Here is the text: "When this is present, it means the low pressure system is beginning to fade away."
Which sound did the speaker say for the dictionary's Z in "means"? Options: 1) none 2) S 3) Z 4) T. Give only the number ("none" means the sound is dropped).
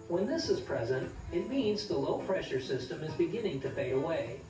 3